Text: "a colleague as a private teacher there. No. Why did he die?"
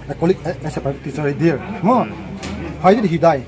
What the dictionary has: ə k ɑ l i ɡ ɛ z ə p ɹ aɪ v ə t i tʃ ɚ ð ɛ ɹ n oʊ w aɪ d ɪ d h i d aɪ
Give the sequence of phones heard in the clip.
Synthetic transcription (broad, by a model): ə k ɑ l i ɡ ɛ s ə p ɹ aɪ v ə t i s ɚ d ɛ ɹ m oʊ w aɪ d ɪ d h i d aɪ